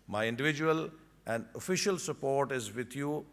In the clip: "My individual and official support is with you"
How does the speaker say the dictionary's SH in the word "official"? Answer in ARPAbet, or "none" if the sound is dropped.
SH